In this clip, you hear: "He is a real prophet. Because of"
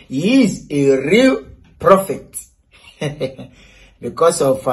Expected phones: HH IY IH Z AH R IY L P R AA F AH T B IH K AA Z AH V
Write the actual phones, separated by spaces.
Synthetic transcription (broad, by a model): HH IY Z AH R IY L P R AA F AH T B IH K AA S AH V